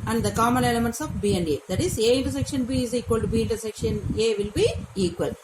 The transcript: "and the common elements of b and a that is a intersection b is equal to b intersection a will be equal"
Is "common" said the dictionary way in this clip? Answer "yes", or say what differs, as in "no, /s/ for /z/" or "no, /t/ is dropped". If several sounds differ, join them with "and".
no, /l/ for /n/